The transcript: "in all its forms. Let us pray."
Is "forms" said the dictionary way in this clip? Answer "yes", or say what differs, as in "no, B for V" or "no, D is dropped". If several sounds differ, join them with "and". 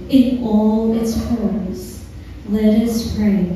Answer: no, M is dropped